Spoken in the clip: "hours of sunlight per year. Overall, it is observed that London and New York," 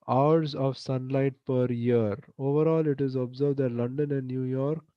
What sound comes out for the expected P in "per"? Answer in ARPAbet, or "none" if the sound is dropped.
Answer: P